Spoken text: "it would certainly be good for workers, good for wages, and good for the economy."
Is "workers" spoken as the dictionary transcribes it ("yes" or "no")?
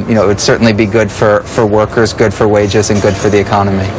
yes